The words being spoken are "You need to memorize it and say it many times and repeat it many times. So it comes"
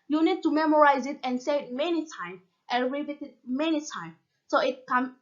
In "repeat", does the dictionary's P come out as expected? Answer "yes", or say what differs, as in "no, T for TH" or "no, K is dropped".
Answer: no, B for P